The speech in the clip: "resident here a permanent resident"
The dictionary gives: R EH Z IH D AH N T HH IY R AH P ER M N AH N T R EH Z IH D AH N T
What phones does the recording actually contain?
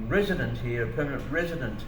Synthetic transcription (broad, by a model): R EH Z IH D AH N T HH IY R AH P ER M N AH N T R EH Z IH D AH N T